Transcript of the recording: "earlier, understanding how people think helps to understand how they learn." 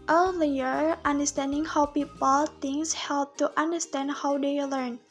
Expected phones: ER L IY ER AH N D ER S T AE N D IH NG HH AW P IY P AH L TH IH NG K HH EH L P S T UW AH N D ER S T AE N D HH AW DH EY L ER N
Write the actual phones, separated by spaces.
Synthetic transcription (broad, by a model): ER L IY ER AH N D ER S T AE N D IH NG HH AW P IY P AH L T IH NG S HH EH L P T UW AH N D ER S T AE N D HH AW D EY L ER N